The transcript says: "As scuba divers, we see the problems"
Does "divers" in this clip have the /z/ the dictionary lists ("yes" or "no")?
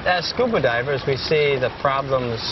yes